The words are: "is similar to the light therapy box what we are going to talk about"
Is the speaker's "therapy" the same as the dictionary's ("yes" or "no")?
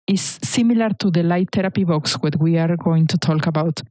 no